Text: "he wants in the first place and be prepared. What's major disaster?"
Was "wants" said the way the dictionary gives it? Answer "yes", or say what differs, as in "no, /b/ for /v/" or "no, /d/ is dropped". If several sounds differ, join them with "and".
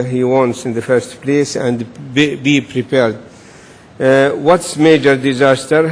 yes